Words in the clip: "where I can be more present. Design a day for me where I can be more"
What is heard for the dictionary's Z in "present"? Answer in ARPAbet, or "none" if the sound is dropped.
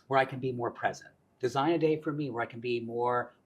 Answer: Z